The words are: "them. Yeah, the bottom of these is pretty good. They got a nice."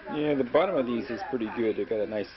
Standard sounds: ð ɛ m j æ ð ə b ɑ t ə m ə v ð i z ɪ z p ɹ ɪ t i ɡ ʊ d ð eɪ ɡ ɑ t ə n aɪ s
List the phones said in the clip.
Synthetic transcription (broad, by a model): j æ ð ə b ɑ t ə m ə v ð i z ɪ z p ɹ ɪ t i ɡ ʊ d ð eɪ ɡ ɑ t ə n aɪ s